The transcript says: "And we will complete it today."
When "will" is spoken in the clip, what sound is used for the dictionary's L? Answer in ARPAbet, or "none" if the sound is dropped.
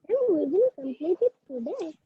N